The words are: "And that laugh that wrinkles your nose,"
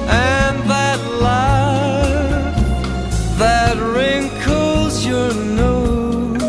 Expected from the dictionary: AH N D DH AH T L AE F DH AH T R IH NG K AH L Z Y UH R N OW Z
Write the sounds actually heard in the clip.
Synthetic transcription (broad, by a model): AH N DH AH T L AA DH AH T R IH NG K AH L Z Y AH R N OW